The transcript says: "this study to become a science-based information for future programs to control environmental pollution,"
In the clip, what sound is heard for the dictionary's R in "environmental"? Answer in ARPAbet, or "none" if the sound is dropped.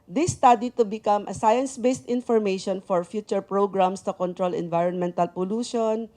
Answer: R